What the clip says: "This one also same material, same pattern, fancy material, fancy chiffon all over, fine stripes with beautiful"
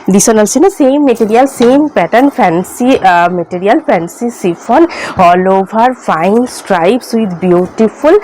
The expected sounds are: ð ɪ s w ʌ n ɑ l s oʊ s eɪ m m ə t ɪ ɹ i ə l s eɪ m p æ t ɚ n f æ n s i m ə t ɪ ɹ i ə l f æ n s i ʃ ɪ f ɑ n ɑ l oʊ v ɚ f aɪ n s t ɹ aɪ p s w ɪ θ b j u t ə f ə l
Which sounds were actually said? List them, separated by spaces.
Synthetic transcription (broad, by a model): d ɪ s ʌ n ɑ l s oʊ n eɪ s m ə t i ɹ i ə l s eɪ m p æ t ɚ n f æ n s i m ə t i ɹ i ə l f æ n s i s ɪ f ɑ n ɑ l oʊ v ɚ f aɪ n s t ɹ aɪ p s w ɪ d b j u t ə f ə l